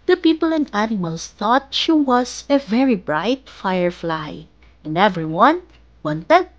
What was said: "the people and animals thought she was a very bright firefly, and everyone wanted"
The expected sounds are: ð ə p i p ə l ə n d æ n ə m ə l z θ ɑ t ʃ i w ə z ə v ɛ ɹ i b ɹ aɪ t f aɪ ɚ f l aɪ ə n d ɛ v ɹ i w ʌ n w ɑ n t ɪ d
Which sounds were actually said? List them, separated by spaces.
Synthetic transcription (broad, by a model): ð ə p i p ə l ə n d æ n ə m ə l s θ ɑ t ʃ i w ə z ə v ɛ ɹ i b ɹ aɪ t f aɪ ɚ f l aɪ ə n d ɛ v ɹ i w ʌ n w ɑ n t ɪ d